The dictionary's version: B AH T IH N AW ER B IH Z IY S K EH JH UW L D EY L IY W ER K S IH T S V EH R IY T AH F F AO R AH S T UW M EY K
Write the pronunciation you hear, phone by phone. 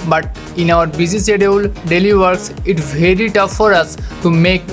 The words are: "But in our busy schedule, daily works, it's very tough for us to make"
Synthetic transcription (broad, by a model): B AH T IH N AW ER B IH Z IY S EH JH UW L D EY L IY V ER K S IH T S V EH R IY T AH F F AO R AH S T UW M EY K